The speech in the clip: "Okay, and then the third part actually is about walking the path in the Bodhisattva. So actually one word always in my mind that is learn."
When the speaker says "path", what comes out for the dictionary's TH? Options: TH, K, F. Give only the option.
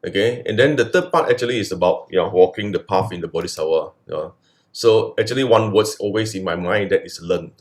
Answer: F